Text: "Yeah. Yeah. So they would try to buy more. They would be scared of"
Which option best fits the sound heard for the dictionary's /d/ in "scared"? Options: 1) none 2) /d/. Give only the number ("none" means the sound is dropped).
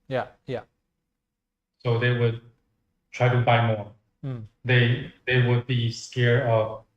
1